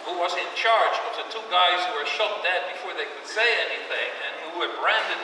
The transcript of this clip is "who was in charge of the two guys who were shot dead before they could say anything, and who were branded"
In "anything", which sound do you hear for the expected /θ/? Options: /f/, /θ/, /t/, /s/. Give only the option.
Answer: /θ/